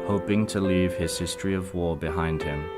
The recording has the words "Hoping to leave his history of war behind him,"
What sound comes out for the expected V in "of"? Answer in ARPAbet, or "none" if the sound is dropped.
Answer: V